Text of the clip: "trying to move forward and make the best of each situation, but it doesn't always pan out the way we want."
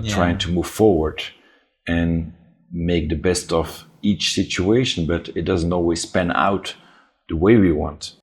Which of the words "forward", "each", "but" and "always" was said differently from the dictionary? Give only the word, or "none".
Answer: always